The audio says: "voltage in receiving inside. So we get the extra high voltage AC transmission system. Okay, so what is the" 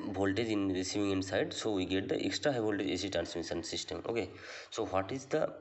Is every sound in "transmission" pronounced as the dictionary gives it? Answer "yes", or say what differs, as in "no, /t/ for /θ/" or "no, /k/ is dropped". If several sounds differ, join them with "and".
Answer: no, /s/ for /ʃ/